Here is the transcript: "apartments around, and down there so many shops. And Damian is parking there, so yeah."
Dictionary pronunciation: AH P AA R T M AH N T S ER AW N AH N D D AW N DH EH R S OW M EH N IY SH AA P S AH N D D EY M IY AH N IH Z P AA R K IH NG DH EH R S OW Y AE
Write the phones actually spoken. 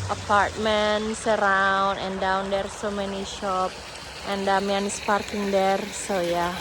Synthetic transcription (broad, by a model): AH P AA R T M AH N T S ER AW N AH N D D AW N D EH R S OW M EH N IY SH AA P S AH N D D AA M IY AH N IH S P AA R K IH NG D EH R S OW Y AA